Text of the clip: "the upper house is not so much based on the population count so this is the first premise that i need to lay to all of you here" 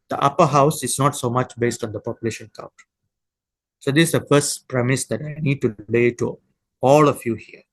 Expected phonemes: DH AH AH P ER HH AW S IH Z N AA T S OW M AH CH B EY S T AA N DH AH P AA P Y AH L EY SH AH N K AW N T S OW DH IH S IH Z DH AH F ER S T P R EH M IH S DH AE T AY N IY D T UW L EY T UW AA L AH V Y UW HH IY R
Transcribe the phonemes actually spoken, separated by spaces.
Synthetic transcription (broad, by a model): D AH AH P ER HH AW S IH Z N AA T S OW M AH CH B EY S T AA N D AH P AA P Y AH L EY SH AH N K AW N T S OW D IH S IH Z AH F ER S T P R EH M IH S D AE T AY N IY D T UW L EY T UW AA L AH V Y UW HH IY R